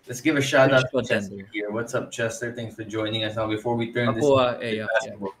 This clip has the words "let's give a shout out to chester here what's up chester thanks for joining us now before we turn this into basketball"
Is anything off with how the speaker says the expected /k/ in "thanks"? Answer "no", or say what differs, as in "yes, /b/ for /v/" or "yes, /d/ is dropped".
yes, /k/ is dropped